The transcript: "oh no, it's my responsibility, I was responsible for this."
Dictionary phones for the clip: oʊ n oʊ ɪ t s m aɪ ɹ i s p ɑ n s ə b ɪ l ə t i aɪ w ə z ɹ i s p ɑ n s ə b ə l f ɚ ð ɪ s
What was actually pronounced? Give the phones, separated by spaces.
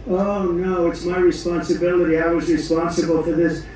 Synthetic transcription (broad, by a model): oʊ n oʊ ɪ t s m aɪ ɹ i s p ɑ n s ə b ɪ l ə t i aɪ w ə z ɹ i s p ɑ n s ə b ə l f ɚ ð ɪ s